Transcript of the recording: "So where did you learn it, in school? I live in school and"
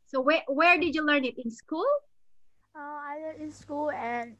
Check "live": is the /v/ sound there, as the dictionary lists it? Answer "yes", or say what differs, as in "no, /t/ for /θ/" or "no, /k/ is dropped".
no, /v/ is dropped